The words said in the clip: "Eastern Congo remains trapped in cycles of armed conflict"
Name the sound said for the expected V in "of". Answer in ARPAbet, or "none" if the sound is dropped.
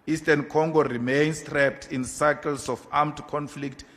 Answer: F